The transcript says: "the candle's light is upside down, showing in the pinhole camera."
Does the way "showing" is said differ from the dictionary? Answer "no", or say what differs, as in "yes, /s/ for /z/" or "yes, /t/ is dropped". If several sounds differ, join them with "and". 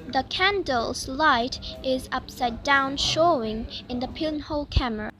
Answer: no